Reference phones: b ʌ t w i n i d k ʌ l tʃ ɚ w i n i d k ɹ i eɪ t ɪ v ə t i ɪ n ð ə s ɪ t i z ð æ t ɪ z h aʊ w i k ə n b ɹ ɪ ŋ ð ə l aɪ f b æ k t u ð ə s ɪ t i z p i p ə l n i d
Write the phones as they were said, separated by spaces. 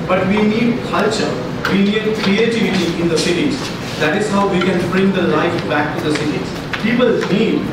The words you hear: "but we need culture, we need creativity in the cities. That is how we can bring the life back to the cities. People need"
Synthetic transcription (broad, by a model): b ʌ t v i n i d k ʌ l tʃ ɚ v i n i d k ɹ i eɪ t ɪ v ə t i ɪ n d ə s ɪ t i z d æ t ɪ z h aʊ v i k ə n b ɹ ɪ ŋ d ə l aɪ f b æ k t u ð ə s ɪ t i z p i p ə l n i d